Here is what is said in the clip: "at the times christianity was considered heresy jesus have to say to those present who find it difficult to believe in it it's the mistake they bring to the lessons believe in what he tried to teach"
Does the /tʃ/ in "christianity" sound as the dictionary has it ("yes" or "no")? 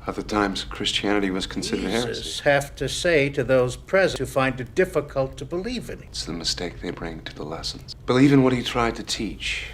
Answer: yes